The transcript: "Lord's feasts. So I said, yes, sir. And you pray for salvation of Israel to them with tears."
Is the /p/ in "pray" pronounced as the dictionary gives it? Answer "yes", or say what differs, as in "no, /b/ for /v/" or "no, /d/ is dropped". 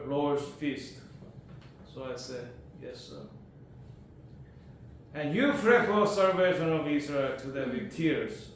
no, /f/ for /p/